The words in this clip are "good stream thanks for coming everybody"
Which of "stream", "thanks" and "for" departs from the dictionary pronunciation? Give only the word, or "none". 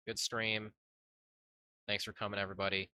none